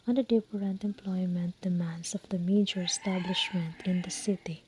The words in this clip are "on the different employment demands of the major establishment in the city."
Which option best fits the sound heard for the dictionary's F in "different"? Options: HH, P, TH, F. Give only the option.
P